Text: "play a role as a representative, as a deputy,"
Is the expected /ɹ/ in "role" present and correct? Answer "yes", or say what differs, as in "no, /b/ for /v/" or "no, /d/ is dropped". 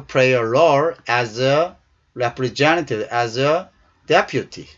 no, /l/ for /ɹ/